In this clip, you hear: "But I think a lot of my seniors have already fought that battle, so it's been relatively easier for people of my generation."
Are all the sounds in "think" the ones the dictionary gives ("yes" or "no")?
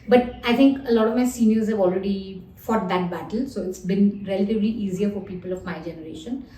no